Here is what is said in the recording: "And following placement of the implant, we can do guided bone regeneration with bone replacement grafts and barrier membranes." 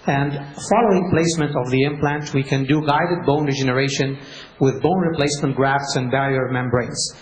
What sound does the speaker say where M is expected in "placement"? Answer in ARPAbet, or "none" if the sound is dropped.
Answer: M